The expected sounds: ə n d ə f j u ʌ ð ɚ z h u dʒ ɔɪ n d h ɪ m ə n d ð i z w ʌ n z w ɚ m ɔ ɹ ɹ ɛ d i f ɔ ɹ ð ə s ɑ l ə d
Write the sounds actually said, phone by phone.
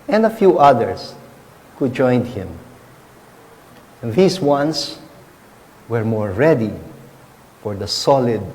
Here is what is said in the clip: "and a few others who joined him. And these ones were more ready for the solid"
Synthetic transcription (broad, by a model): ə n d ə f j u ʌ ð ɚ s h u dʒ ɔɪ n d h ɪ m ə n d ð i s w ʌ n s w ɚ m ɔ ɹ ɹ ɛ d i f ɔ ɹ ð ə s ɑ l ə d